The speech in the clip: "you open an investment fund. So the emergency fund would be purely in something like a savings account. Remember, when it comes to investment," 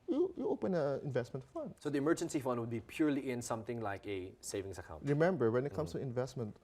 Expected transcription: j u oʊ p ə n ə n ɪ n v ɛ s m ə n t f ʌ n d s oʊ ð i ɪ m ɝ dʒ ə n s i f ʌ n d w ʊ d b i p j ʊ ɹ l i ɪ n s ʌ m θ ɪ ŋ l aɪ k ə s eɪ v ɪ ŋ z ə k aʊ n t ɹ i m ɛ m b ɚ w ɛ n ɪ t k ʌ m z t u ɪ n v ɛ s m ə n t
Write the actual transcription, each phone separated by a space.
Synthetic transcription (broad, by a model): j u oʊ p ə n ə ɪ n v ɛ s m ə n t f ʌ n d s oʊ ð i ɪ m ɝ dʒ ə n s i f ʌ n d w ʊ d b i p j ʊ ɹ l i ɪ n s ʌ m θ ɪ ŋ l aɪ k ə s eɪ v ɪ ŋ s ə k aʊ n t ɹ i m ɛ m b ɚ w ɛ n ɪ t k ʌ m s t u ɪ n v ɛ s m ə n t